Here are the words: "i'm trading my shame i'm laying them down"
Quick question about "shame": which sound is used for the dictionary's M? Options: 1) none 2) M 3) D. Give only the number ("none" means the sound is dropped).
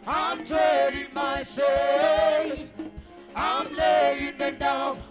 1